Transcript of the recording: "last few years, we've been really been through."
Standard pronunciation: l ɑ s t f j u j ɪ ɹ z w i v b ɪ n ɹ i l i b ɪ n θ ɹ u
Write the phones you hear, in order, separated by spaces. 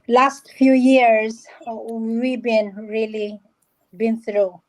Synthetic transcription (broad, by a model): l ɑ s t f j u j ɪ ɹ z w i b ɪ n ɹ i l i b ɪ n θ ɹ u